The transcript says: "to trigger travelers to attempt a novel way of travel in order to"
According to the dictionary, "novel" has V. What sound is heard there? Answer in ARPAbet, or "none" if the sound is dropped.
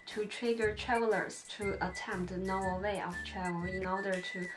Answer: none